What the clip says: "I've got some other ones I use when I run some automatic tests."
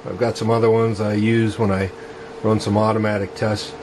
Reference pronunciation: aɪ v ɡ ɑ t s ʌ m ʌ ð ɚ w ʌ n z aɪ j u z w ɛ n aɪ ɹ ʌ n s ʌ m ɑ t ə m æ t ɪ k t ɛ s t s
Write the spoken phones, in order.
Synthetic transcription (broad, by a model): aɪ v ɡ ɑ t s ʌ m ʌ ð ɚ w ʌ n z aɪ j u z w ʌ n aɪ ɹ ʌ n s ʌ m ɑ t ə m æ t ɪ k t ɛ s s